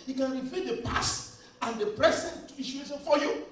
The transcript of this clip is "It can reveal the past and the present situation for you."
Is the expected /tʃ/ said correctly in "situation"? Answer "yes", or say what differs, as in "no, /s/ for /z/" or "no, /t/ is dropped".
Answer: no, /ʃ/ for /tʃ/